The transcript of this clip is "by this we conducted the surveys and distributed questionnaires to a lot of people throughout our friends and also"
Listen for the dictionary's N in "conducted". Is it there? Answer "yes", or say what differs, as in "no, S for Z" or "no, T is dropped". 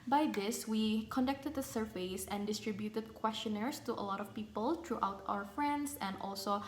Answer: yes